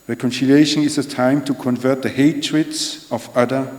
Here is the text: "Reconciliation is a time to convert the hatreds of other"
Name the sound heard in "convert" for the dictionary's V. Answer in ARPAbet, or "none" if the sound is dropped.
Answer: V